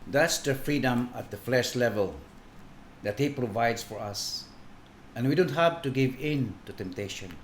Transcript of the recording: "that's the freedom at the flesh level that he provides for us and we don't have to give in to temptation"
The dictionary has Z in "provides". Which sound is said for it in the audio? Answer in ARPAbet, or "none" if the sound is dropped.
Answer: S